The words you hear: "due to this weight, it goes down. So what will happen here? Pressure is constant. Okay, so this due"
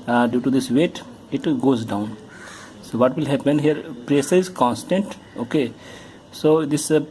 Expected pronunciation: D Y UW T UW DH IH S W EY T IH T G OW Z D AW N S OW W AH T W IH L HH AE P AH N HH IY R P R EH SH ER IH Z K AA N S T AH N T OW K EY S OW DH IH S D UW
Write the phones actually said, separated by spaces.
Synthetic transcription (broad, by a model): D Y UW T UW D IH S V EY T IH T G OW Z D AW N S OW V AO T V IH L HH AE P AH N HH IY R P R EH S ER IH Z K AA N S T AH N T OW K EY S OW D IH S